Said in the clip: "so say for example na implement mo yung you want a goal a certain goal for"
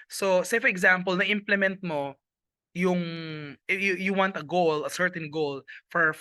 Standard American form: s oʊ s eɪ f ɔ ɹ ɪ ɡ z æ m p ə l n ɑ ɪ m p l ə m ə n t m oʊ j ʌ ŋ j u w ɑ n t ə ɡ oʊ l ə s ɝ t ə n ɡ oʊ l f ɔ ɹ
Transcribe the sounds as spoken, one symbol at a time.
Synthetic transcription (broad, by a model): s oʊ s eɪ f ɔ ɹ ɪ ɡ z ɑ m p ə l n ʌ ɪ m p l ə m ə n t m oʊ j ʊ ŋ j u w ɑ n t ə ɡ oʊ l ə s ɝ t ə n ɡ oʊ l f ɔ ɹ